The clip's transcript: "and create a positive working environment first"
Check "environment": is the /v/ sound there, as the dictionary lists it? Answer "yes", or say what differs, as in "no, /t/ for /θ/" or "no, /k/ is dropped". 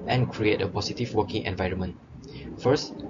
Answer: yes